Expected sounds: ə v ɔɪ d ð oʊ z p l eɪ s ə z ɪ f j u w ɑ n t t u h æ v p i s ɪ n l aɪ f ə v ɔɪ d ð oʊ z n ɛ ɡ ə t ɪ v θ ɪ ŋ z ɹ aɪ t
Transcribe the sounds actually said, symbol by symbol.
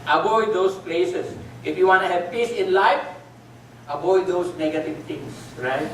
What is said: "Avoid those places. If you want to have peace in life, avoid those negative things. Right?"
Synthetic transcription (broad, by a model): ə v ɔɪ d oʊ s p l eɪ s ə s ɪ f j u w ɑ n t t u h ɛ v p i s ɪ n l aɪ f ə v ɔɪ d oʊ s n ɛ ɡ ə t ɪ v t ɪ ŋ s ɹ aɪ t